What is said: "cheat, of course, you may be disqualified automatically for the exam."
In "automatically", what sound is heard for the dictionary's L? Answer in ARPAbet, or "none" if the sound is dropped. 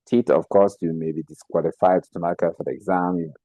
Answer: none